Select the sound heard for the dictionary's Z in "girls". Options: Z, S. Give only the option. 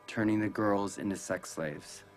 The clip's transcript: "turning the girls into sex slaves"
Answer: Z